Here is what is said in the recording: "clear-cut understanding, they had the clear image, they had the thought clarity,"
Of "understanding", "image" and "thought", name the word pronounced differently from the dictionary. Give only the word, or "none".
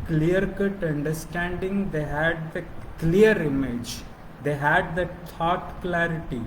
thought